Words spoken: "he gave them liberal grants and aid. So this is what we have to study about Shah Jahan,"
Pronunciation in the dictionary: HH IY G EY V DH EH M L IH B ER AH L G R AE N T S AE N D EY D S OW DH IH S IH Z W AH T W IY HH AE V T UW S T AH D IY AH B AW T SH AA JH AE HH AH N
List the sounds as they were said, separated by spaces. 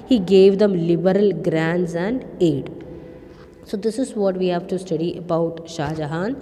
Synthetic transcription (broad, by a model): HH IY G EY V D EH M L IH B ER AH L G R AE N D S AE N D EY D S OW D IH S IH Z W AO T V IY HH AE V T UW S T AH D IY AH B AW T SH AA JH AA HH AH N